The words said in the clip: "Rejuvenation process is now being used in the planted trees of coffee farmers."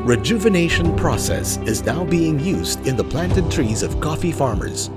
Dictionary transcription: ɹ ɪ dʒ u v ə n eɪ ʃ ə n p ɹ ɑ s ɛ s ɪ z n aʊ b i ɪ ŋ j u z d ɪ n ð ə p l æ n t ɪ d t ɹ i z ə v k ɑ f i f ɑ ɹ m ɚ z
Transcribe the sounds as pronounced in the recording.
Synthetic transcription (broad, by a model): ɹ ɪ dʒ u v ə n eɪ ʃ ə n p ɹ ɑ s ɛ s ɪ z n aʊ b i ɪ ŋ j u z d ɪ n ð ə p l æ n t ɪ d t ɹ i z ə v k ɑ f i f ɑ ɹ m ɚ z